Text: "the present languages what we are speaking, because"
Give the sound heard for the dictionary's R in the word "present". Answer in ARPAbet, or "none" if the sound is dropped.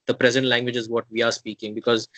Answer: R